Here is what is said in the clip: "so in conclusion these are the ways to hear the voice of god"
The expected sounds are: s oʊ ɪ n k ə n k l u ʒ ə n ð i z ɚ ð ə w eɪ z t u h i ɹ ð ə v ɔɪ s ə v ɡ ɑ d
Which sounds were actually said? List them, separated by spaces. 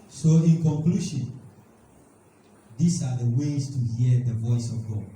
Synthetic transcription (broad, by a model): s oʊ ɪ n k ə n k l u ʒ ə n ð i s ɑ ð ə w eɪ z t u h i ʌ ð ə v ɔɪ s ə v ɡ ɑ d